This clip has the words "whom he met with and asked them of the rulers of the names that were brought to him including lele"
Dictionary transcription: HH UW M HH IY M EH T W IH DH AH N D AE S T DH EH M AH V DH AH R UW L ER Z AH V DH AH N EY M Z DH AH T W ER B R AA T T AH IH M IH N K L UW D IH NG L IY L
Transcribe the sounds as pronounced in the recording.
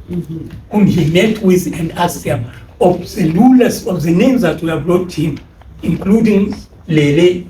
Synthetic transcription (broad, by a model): HH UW M HH IY M EH T W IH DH AH N D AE S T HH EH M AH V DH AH L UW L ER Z AH V DH AH N EY M Z DH AH T W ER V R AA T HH IH M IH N K L UW D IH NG L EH L